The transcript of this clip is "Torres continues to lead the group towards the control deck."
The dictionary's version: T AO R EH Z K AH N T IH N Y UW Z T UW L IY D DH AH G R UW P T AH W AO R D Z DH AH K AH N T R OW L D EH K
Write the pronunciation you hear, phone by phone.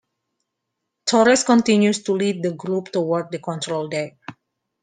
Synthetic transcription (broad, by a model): T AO R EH S K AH N T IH N Y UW S T UW L IY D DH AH G R UW P T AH W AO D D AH K AH N T R OW L D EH